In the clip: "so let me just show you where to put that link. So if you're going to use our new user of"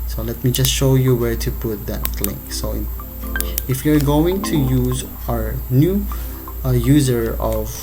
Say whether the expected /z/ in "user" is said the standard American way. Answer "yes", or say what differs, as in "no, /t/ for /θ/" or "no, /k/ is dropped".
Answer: yes